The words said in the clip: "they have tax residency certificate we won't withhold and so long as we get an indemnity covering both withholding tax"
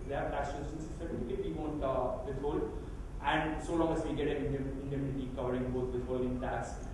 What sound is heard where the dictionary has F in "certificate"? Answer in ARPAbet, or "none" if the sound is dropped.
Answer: none